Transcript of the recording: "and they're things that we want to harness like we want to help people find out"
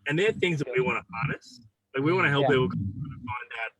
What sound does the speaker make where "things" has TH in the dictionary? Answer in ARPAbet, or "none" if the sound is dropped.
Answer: TH